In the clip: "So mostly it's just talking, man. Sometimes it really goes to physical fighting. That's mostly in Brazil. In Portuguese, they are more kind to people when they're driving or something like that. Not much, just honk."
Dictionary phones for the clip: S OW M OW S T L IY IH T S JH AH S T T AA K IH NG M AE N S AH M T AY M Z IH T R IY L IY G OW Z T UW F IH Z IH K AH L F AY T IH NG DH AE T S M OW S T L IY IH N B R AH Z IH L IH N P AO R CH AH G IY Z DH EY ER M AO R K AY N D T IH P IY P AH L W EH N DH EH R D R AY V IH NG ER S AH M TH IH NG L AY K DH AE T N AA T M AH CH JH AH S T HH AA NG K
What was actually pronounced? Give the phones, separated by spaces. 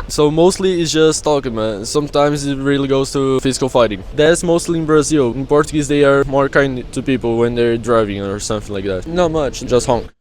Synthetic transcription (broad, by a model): S OW M OW S T L IY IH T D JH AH S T T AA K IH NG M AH S AH M T AY M Z IH T R IY L IY G OW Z T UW F IH Z IH K AH L F AY T IH NG DH AE T S M OW S T L IY IH N B R AH Z IH L IH N P AO R CH AH G IY Z DH EY ER M AO R K AY N D T IH P IY P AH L W EH N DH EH R D R AY V IH NG ER S AH M TH IH NG L AY K DH AE T N AA T M AH CH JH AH S T HH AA NG K